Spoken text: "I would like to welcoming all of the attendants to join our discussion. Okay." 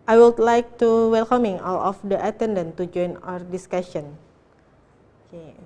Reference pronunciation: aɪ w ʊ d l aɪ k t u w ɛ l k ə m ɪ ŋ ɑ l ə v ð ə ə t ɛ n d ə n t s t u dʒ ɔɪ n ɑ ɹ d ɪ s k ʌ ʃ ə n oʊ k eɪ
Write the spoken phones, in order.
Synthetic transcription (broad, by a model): aɪ w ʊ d l aɪ k t u w ɛ l k ə m ɪ ŋ ɑ l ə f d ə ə t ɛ n d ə n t t u dʒ ɔɪ n ɑ ɹ d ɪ s k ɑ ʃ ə n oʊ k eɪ